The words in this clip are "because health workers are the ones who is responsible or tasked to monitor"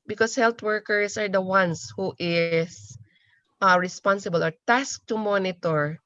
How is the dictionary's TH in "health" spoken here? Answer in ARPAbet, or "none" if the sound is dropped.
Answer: T